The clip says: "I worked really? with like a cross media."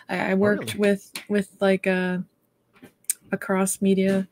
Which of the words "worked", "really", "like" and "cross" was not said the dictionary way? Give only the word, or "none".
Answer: really